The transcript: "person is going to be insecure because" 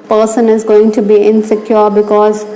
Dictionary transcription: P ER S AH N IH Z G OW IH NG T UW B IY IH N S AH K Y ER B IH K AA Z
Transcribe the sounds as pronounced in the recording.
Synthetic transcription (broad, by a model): P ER S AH N IH Z G OW IH NG T UW B IY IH N S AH K Y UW B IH K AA Z